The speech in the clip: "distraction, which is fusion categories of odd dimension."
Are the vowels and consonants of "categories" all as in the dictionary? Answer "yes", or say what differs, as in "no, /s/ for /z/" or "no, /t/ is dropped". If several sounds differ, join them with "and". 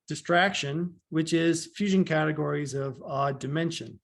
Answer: yes